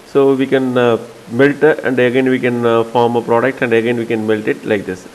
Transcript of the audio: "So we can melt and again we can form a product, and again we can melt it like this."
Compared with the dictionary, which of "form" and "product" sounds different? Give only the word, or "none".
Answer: none